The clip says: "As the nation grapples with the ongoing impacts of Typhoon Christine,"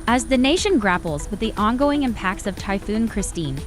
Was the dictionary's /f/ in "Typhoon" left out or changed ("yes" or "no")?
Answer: no